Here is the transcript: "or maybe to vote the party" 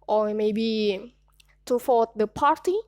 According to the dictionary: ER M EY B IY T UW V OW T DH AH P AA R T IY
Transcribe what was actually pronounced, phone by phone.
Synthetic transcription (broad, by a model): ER M EY B IY T UW F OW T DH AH P AA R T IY